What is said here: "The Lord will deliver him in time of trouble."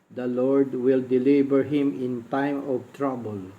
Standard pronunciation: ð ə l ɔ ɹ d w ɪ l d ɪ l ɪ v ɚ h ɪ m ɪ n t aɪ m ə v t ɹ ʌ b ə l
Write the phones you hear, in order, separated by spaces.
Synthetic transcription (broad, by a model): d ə l ɔ ɹ d w ɪ l d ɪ l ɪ b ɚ h ɪ m ɪ n t aɪ m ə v t ɹ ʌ b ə l